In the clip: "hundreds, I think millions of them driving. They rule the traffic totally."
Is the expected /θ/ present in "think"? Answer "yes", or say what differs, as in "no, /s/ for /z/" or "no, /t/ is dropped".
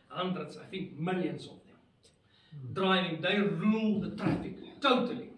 no, /f/ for /θ/